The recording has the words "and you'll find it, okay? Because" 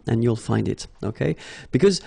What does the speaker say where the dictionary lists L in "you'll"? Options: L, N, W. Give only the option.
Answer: L